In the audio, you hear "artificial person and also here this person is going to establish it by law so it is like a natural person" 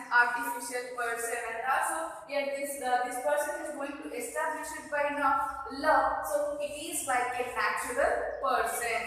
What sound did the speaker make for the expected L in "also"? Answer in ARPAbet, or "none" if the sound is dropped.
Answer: none